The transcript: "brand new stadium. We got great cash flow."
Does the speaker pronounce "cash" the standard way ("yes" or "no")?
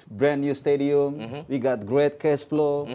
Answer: no